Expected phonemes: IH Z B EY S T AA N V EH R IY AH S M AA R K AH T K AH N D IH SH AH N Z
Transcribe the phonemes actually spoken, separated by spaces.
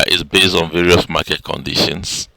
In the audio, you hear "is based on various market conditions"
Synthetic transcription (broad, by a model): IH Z B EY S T AA N V EH R IY AH S M AA K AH T K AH N D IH SH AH N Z